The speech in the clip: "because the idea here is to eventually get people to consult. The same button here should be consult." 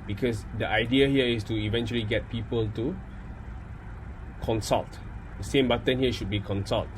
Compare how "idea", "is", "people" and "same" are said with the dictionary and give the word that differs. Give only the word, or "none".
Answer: is